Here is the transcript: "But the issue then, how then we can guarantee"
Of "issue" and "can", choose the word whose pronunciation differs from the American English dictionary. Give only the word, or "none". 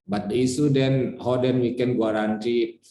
issue